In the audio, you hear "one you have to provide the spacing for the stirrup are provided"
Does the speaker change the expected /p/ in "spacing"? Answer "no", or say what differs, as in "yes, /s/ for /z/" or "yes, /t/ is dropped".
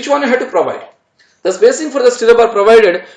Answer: yes, /b/ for /p/